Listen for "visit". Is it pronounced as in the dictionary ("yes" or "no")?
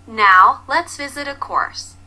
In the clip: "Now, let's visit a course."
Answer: yes